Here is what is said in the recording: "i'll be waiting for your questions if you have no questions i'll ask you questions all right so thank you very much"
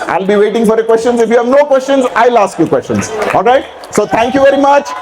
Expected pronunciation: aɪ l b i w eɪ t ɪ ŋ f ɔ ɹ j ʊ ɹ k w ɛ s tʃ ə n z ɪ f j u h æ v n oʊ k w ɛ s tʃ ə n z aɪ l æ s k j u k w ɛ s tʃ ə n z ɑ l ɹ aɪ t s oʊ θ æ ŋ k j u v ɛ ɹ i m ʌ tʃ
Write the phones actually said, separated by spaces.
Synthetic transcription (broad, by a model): aɪ l b i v eɪ t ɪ ŋ f ɔ ɹ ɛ k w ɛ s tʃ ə n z ɪ f j u h æ v n oʊ k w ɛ s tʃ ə n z aɪ l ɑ s k j u k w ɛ s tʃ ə n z ɑ l ɹ aɪ t s oʊ t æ ŋ k j u v ɛ ɹ i m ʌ tʃ